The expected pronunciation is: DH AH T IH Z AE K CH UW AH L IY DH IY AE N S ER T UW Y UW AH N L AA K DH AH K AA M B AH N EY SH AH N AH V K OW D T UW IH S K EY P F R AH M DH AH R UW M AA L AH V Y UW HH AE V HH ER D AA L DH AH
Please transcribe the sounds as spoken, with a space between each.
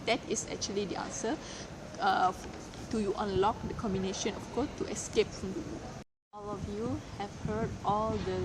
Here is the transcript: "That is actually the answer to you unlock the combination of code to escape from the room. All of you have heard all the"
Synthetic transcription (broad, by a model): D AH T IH S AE K CH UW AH L IY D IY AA N S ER T UW Y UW AH N L AA K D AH K AA M B AH N EY SH AH N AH F K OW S T UW IH S K EY P F R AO M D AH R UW AA L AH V Y UW HH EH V HH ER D AA L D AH